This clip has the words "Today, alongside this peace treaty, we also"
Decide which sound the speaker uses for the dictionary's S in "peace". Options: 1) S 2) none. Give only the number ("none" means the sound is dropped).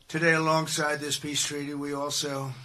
1